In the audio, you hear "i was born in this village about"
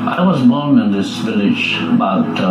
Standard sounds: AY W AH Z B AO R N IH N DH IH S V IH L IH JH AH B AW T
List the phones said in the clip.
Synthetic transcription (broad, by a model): AY W AH Z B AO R N IH N DH IH S V IH L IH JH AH B AW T